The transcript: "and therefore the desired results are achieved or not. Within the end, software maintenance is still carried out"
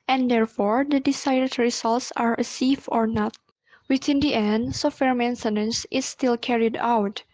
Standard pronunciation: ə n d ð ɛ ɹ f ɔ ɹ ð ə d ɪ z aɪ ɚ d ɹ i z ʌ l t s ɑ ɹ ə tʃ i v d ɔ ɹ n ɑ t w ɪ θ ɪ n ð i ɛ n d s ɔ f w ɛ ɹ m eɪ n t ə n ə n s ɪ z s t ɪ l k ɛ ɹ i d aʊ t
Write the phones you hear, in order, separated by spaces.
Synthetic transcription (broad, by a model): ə n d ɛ ɹ f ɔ ɹ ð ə d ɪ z aɪ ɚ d ɹ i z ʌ l t s ɑ ɹ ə s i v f ɔ ɹ n ɑ t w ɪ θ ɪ n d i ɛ n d s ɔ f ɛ ɹ m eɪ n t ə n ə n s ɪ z s t ɪ l k ɛ ɹ i d aʊ t